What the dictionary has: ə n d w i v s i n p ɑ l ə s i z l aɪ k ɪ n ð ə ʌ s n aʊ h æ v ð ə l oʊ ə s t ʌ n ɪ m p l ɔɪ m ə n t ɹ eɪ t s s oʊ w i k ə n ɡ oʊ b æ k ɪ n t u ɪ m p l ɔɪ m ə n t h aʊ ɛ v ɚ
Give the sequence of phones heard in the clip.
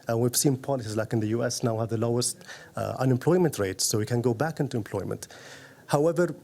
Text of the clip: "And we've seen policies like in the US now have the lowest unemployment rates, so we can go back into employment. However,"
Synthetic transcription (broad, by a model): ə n w i v s i n p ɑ l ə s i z l aɪ k ɪ n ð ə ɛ s n aʊ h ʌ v ð ə l oʊ ə s t ʌ n ɪ m p l ɔɪ m ə n t ɹ eɪ t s s oʊ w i k ə n ɡ oʊ b æ k ɪ n t u ɪ m p l ɔɪ m ə n t h aʊ ɛ v ɚ